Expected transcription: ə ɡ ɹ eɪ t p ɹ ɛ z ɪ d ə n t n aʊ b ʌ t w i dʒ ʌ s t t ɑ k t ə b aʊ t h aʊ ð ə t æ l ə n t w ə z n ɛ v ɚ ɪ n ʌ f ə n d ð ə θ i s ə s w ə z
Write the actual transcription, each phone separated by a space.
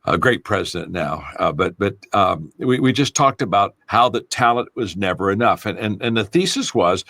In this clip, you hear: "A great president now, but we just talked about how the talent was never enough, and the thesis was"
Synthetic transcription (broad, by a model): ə ɡ ɹ eɪ t p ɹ ɛ z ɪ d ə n n aʊ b ʌ t w i dʒ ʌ s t t ɑ k t ə b aʊ t h aʊ ð ə t æ l ə n t w ə z n ɛ v ɚ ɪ n ʌ f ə n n ð ə θ i s ə s w ə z